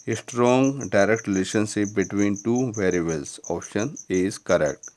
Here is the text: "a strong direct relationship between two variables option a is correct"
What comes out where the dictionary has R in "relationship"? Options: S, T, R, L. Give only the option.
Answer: L